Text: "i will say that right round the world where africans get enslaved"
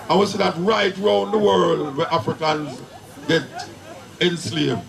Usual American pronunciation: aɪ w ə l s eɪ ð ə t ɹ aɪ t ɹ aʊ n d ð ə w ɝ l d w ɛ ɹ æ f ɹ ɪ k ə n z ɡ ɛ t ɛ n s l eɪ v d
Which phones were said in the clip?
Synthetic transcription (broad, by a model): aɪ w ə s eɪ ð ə t ɹ aɪ t ɹ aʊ n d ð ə w ɝ l d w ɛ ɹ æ f ɹ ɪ k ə n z ɡ ɛ t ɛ n s l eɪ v